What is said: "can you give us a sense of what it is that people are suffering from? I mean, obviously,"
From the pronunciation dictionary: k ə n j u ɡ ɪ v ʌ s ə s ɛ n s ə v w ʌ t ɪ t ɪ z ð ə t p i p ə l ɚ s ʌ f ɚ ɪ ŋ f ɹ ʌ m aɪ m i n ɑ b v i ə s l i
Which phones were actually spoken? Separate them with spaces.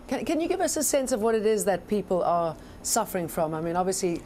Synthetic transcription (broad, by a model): k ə n j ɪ ɡ ɪ v ʌ s ə s ɛ n s ə v w ʌ t ɪ t ɪ z ð ə t p i p l ɚ s ʌ f ɚ ɪ ŋ f ɹ ʌ m aɪ m i n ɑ b v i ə s l i